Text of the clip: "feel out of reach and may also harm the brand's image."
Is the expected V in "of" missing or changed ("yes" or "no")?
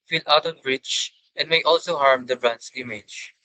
yes